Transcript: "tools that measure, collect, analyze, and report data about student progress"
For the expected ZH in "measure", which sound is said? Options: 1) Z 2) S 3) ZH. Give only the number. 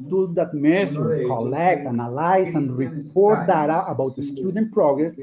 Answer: 2